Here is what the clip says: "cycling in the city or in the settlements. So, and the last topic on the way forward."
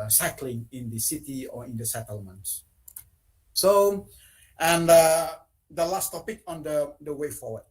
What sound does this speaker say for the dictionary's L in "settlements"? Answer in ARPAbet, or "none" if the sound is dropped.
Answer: L